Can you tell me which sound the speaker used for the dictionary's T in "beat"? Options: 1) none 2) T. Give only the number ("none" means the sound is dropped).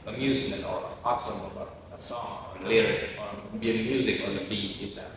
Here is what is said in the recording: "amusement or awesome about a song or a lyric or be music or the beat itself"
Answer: 1